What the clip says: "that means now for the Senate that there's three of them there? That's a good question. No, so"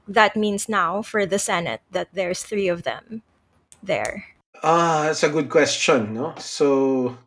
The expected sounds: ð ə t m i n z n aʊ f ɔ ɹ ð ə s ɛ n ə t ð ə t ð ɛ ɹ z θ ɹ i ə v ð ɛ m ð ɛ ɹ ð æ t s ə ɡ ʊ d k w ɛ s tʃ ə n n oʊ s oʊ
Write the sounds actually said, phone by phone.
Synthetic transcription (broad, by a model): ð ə t m i n s n aʊ f ɔ ɹ ð ə s ɛ n ə t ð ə t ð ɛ ɹ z θ ɹ i ə v ð ɛ m ð ɛ ɹ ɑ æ t s ə ɡ ʊ d k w ɛ s tʃ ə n n oʊ s oʊ